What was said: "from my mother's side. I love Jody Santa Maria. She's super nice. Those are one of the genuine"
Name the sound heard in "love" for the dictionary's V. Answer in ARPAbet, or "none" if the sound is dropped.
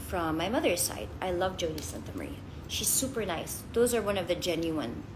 V